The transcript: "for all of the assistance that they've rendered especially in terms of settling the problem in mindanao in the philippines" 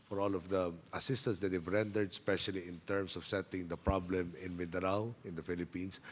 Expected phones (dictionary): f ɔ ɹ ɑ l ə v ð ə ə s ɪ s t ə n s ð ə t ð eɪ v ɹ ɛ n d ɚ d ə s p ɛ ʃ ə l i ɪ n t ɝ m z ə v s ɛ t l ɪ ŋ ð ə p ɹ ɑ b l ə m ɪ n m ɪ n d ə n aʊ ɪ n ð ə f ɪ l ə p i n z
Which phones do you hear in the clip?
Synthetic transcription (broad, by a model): f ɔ ɹ ɑ l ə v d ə ə s ɪ s t ə n s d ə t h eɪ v ɹ ɛ n d ɚ d s p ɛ ʃ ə l i ɪ n t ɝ m s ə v s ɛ t ɪ ŋ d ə p ɹ ɑ b l ə m ɪ n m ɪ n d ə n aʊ ɪ n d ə f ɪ l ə p i n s